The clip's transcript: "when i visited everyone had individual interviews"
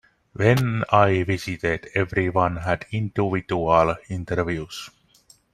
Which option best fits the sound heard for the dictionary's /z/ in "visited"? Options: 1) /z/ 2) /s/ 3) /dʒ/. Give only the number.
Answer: 2